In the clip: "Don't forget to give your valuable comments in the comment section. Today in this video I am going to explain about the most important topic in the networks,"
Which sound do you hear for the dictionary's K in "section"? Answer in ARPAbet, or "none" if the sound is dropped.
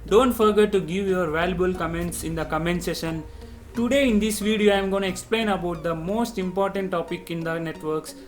none